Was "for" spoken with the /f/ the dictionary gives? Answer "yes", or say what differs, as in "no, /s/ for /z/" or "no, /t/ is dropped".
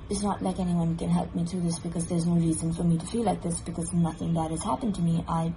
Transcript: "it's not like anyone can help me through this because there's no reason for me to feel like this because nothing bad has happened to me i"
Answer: yes